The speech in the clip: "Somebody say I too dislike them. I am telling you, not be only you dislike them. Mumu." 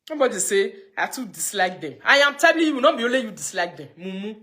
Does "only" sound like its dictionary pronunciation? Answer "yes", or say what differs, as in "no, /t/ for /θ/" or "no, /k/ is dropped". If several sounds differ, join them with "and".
no, /n/ is dropped